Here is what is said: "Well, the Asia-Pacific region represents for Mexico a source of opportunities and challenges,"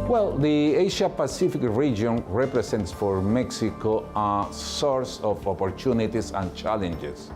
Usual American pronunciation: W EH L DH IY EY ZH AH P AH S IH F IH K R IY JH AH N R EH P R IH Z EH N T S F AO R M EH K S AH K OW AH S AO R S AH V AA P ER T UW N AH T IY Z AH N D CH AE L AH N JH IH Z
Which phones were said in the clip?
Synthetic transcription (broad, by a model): W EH L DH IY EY SH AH P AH S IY F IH K R IY JH AH N R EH P R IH S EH N T S F AO R M EH K S AH K OW AH S AO R S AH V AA P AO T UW N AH T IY S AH N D CH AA L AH N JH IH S